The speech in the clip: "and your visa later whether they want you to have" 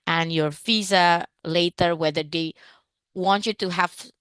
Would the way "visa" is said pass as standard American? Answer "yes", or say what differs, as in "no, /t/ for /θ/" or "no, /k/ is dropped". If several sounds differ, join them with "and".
no, /f/ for /v/